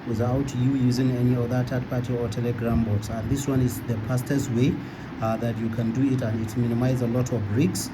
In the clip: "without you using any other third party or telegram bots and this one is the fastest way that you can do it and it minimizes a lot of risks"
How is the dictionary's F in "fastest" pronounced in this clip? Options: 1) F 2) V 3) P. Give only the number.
3